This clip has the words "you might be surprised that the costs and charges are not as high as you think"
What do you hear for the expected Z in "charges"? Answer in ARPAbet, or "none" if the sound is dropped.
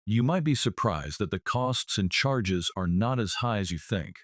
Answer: Z